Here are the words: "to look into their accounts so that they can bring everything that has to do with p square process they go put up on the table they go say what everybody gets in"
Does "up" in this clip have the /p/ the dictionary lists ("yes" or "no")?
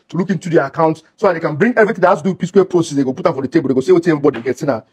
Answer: no